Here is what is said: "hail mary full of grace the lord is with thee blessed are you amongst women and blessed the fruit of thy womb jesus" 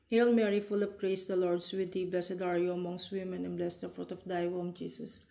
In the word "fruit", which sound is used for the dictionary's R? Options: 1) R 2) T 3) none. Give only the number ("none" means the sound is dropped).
1